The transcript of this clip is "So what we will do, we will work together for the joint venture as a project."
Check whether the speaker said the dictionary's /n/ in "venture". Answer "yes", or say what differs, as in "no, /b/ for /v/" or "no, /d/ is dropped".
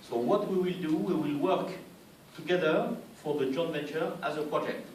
no, /n/ is dropped